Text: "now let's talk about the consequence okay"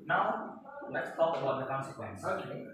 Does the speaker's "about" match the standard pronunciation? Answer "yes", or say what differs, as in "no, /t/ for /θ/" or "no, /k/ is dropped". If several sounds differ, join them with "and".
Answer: no, /b/ is dropped